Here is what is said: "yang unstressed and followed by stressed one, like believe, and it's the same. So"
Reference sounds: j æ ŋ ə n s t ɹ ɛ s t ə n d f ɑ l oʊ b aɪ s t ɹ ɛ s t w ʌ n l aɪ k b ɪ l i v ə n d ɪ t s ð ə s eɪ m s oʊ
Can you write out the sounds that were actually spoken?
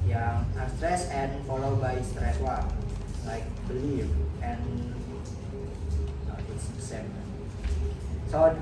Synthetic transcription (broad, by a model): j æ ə s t ɹ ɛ s ə n f ɑ l oʊ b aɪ s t ɹ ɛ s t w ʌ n l aɪ k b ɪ l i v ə n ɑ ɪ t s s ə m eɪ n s oʊ